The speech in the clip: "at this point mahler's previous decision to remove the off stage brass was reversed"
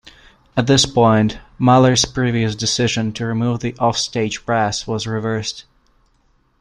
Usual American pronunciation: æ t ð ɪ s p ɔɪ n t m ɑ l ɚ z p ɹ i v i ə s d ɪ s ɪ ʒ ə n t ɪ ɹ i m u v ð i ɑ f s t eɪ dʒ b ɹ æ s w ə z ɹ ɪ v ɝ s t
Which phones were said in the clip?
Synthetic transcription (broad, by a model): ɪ t ð ɪ s p ɔɪ n t m ɑ l ɚ z p ɹ i v i ə s d ɪ s ɪ ʒ ə n t ɪ ɹ i m u v ð i ɑ f s t eɪ dʒ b ɹ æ s w ə z ɹ ɪ v ɝ s t